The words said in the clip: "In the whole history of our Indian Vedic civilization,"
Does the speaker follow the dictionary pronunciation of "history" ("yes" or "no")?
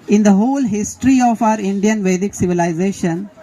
yes